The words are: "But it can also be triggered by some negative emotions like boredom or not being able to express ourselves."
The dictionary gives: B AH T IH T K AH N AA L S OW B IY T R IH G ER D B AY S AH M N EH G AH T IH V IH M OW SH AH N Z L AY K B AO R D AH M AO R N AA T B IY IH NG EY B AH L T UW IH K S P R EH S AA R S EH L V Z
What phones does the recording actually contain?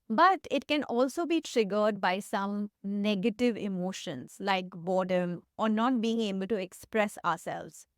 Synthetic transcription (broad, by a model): B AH T IH T K AH N AA L S OW B IY T R IH G ER D B AY S AH M N EH G AH T IH V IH M OW SH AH N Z L AY K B AO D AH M AO R N AA T B IY IH NG EY B AH L T UW IH K S P R EH S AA R S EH L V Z